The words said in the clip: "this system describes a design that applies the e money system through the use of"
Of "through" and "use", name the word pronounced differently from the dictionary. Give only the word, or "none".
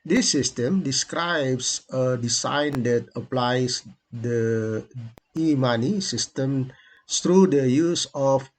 through